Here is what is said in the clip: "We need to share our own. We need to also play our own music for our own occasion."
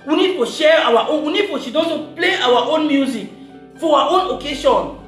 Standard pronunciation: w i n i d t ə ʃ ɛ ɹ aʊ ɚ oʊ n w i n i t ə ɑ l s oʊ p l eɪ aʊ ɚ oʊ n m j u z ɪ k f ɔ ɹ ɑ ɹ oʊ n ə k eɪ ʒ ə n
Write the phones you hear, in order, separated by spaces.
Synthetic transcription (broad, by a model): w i n i d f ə ʃ ɛ ɹ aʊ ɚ oʊ n w i n i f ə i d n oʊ p l eɪ aʊ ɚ oʊ n m j u z ɪ k f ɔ w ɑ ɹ oʊ n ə k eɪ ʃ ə n